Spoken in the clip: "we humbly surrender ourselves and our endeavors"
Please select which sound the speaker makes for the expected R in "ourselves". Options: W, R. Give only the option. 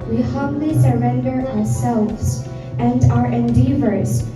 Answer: R